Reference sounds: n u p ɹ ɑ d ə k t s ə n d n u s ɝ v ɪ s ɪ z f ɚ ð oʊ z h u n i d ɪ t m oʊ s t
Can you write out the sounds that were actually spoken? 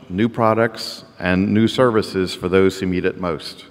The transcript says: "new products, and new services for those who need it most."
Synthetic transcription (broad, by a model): n u p ɹ ɑ d ə k t s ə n n u s ɝ v ɪ s ɪ z f ɚ ð oʊ z h u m i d ɪ t m oʊ s t